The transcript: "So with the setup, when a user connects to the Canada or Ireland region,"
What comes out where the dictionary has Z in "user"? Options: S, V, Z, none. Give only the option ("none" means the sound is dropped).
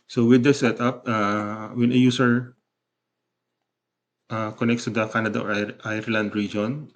S